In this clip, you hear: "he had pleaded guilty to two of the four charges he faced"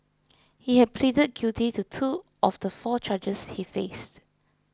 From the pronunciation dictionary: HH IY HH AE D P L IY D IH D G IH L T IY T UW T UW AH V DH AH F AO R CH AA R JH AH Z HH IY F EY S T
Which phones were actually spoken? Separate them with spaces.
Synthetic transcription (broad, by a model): HH IY HH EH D P L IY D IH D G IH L T IY T UW T UW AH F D AH F AO CH AA JH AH S HH IY F EY S T